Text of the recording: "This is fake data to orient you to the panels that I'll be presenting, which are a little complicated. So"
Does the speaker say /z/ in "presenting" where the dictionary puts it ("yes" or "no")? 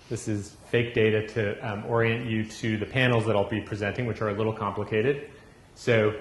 yes